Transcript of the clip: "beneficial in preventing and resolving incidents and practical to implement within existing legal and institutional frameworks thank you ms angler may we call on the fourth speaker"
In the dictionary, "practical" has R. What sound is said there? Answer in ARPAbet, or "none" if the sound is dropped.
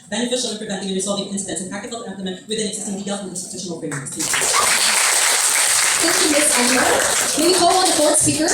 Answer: none